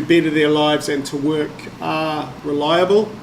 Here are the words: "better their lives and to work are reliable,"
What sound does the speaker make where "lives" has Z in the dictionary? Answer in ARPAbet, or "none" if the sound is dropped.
Z